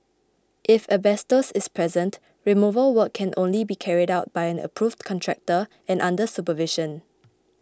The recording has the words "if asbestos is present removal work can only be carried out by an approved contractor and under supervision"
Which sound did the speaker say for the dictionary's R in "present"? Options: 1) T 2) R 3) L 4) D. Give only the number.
2